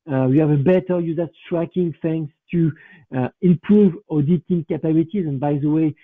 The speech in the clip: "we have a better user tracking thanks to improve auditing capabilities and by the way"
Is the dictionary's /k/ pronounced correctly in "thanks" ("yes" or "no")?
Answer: no